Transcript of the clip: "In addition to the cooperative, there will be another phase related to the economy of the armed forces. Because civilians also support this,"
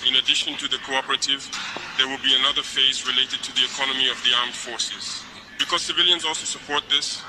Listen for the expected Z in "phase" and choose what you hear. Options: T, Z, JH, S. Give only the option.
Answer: Z